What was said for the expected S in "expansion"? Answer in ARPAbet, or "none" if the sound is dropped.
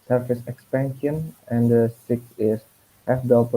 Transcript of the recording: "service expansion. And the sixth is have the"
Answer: S